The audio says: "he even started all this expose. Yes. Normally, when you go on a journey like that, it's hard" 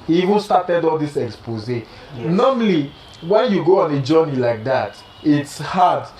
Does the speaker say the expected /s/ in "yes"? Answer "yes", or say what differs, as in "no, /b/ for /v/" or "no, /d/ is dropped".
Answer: no, /s/ is dropped